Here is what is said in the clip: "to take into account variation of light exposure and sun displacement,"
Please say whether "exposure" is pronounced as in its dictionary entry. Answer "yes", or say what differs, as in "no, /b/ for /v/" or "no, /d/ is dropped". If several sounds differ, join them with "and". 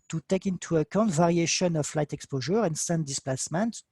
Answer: yes